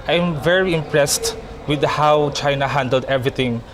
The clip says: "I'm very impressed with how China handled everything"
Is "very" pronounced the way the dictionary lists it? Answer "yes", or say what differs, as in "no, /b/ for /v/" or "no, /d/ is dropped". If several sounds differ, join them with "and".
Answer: yes